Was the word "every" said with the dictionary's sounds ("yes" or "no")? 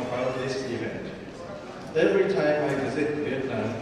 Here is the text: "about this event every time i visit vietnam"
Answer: yes